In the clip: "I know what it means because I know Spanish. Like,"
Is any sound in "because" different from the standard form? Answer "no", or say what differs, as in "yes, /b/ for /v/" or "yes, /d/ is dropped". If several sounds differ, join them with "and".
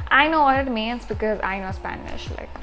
no